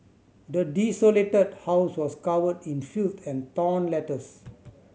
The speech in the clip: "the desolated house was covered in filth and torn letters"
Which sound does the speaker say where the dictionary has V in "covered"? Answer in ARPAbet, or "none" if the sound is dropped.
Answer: W